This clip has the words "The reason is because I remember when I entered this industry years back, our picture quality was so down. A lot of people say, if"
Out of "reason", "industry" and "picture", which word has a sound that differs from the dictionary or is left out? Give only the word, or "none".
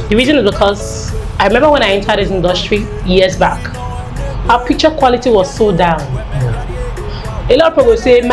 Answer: picture